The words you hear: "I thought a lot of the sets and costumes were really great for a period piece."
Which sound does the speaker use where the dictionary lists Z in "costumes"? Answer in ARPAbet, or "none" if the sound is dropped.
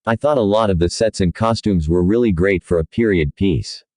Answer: Z